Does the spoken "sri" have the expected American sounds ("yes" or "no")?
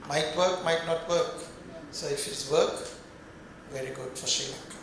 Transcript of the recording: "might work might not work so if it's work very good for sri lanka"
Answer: no